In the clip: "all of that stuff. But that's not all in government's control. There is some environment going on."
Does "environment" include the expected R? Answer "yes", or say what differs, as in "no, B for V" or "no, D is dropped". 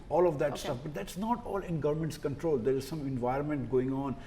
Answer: yes